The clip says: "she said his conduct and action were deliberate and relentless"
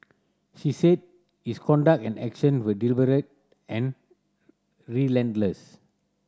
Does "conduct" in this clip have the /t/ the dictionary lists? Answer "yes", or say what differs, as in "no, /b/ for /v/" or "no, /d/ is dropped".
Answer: no, /t/ is dropped